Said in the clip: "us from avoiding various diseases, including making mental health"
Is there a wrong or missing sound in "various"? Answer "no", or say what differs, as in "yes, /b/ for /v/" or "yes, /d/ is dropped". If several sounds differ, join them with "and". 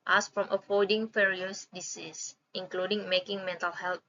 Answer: yes, /f/ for /v/